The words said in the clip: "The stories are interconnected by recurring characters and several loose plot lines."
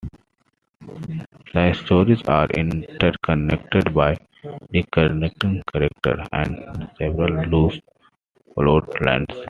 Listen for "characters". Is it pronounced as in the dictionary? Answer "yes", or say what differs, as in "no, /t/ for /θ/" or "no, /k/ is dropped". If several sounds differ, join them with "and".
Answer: no, /z/ is dropped